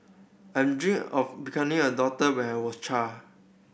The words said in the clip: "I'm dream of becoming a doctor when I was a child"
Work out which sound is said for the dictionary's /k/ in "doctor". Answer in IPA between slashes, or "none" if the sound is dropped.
none